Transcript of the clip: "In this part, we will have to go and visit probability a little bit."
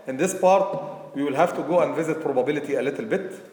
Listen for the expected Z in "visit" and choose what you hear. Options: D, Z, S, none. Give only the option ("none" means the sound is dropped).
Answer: Z